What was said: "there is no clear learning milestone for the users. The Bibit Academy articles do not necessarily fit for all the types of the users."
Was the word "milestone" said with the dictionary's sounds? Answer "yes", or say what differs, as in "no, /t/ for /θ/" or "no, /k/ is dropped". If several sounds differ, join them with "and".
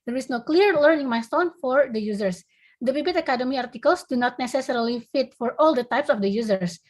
no, /l/ is dropped